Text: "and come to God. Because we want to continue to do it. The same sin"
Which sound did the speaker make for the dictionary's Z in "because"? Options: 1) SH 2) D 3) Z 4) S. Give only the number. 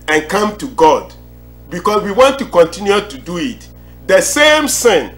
4